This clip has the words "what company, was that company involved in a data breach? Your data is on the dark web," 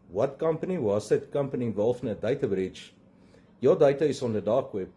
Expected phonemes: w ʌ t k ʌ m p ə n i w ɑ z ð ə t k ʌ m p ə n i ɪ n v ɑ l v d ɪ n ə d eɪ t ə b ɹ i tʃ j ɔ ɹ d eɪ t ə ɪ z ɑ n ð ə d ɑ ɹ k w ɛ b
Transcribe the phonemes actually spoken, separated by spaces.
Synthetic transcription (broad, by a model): w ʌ t k ʌ m p ə n i w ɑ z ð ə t k ʌ m p ə n i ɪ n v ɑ l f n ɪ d ə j t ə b ɹ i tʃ j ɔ d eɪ t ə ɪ s ɑ n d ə d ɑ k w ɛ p